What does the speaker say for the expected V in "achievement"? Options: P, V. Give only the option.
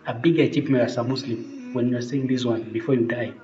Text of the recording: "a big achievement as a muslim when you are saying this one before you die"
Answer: P